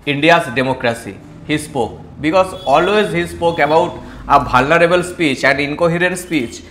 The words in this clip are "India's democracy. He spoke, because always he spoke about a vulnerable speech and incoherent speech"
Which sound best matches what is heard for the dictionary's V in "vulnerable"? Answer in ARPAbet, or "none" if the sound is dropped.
B